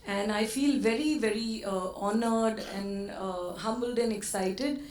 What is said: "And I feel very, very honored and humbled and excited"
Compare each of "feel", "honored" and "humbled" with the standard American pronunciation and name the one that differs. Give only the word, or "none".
none